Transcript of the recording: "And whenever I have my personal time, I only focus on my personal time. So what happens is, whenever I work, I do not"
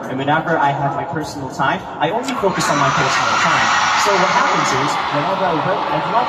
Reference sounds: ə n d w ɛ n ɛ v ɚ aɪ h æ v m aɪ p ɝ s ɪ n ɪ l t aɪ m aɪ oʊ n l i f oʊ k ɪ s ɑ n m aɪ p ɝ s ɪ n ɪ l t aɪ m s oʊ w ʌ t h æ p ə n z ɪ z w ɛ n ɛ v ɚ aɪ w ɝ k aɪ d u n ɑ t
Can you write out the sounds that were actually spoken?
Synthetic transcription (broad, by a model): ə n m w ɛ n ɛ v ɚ aɪ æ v m aɪ p ɝ s n l t aɪ m aɪ oʊ n l i f oʊ k ɪ s n m aɪ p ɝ s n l t aɪ m s oʊ w ʌ t h æ p ə n z ɪ z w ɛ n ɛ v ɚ aɪ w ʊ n aɪ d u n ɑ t